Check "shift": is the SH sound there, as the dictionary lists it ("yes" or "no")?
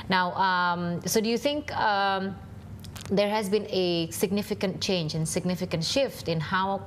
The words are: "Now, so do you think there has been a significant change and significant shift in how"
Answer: yes